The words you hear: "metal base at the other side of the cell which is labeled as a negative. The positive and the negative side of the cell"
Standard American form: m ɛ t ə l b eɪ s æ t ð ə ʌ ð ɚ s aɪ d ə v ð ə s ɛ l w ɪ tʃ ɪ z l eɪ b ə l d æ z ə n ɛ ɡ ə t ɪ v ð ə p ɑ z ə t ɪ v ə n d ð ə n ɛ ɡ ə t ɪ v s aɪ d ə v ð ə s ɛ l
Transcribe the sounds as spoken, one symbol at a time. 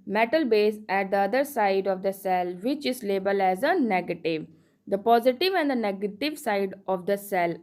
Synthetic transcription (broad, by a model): m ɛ t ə l b eɪ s æ t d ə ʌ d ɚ s aɪ d ə v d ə s ɛ l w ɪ tʃ ɪ z l eɪ b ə l æ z ə n ɛ ɡ ə t ɪ v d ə p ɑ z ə t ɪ v ə n d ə n ɛ ɡ ə t ɪ v s aɪ d ə v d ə s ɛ l